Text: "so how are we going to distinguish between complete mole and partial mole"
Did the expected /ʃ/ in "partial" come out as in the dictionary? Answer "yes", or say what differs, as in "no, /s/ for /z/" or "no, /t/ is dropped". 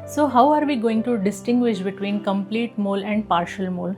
yes